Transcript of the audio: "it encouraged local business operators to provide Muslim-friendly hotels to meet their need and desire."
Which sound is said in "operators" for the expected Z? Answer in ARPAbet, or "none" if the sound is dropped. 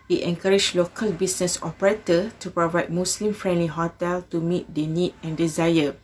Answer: none